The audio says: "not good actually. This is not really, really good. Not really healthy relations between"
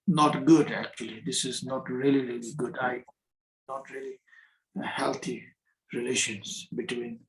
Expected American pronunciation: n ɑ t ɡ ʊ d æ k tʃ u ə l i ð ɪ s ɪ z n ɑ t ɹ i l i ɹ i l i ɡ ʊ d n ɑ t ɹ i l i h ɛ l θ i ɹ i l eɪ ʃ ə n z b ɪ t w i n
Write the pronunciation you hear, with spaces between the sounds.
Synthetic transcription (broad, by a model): n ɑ t ɡ ʊ d æ k tʃ u ə l i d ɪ s ɪ z n ɑ t ɹ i l i ɹ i l i ɡ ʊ d n ɑ t ɹ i l i h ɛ l t i ɹ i l eɪ ʃ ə n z b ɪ t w i n